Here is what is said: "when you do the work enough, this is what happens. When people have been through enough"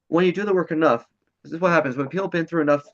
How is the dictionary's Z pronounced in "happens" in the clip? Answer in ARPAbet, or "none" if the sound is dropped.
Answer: Z